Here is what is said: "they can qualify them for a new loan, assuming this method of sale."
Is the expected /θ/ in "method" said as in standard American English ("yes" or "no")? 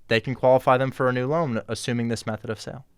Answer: yes